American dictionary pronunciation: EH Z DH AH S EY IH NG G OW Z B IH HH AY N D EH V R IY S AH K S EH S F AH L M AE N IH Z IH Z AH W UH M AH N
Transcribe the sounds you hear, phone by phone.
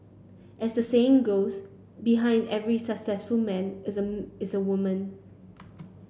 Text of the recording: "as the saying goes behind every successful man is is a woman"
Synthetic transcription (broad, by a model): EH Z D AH S EY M G OW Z B IH HH AY N D EH V R IY S AH K S EH S F AH L M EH N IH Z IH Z AH W UH M AH N